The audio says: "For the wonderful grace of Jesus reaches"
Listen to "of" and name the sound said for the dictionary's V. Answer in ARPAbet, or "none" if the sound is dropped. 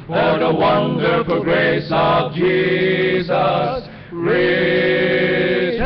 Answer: V